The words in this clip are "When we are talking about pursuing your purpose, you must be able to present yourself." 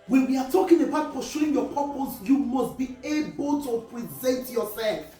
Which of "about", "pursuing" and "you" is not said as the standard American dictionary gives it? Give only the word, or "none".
pursuing